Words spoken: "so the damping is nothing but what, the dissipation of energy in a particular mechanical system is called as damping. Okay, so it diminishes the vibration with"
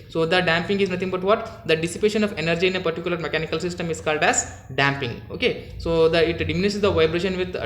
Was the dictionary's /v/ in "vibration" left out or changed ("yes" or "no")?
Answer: no